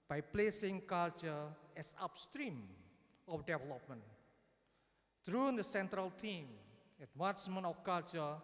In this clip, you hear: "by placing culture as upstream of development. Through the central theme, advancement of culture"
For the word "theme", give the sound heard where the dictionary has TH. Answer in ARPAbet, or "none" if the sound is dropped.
T